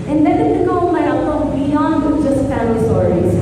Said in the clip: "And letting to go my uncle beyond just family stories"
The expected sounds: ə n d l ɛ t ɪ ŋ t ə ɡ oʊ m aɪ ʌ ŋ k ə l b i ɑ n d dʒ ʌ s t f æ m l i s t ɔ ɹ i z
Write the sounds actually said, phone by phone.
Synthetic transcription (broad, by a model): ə n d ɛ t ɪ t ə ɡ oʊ m aɪ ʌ k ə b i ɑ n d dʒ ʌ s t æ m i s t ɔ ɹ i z